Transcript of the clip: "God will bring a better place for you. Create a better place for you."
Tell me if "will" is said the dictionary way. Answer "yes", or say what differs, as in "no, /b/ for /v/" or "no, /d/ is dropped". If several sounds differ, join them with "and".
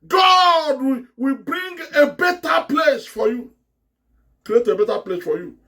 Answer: no, /w/ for /l/